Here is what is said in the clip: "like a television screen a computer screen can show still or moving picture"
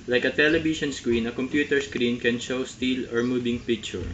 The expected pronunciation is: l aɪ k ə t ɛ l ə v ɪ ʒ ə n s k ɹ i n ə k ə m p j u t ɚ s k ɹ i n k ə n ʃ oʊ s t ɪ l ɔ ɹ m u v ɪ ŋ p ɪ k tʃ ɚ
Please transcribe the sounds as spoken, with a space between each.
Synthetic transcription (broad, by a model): l aɪ k ə t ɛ l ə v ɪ ʃ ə n s k ɹ i n ə k ə m p j u t ɚ s k ɹ i n k ə n ʃ oʊ s t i l ɔ ɹ m u b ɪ ŋ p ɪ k tʃ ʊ